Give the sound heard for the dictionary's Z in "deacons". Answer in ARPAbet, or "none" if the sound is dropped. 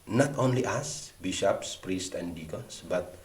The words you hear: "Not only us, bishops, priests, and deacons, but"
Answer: S